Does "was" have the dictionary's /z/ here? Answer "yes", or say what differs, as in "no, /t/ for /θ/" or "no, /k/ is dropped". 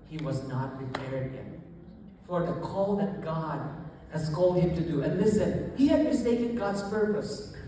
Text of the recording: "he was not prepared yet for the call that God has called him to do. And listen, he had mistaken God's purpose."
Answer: yes